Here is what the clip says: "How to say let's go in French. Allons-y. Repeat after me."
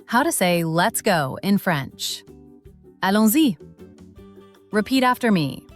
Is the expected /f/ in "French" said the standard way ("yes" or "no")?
yes